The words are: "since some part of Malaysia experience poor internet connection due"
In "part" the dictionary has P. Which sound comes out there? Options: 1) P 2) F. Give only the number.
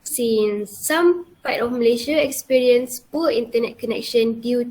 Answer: 2